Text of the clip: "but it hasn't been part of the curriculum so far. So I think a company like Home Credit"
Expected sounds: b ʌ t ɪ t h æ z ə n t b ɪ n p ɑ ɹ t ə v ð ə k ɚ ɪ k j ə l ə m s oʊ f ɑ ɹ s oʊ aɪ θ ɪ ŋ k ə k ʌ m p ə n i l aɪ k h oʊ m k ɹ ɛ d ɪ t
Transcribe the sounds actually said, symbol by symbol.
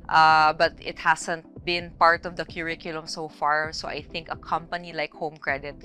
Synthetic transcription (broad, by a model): b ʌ t ɪ t h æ s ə n t b ɪ n p ɑ ɹ t ə v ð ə k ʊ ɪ k j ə l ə m s oʊ f ɑ ɹ s oʊ aɪ θ ɪ ŋ k ə k ʌ m p ə n i l aɪ k h oʊ m k ɹ ɛ d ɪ t